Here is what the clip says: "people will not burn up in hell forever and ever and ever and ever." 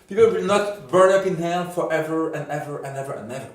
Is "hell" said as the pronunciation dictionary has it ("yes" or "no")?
no